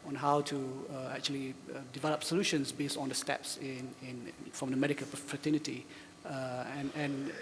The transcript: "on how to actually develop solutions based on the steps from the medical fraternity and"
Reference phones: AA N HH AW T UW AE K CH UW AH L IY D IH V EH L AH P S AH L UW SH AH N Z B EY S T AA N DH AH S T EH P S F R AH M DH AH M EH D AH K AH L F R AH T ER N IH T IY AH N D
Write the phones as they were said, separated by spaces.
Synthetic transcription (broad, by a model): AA N HH AW T UW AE K CH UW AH L IY D IH V EH L AH P S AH L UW SH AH N S B EY S T AA N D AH S T EH P S F R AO M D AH M EH D AH K AH L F R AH T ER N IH T IY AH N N